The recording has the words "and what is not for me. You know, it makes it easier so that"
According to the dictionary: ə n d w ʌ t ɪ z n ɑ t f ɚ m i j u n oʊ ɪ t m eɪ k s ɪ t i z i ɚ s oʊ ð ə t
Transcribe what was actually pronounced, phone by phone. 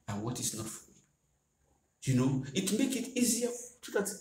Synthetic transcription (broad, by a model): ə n w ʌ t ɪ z n ɑ t f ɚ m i j u n oʊ ɪ t m eɪ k ɪ t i z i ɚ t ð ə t